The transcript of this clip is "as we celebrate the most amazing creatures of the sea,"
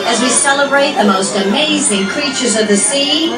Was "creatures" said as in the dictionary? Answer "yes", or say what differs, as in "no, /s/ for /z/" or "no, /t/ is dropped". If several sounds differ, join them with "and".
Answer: yes